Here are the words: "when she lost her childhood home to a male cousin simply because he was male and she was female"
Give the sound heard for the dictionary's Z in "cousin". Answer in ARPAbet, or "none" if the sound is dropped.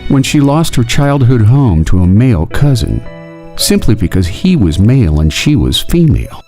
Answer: Z